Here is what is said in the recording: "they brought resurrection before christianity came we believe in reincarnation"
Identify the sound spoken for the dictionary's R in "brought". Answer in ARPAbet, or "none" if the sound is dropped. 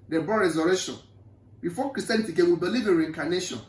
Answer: none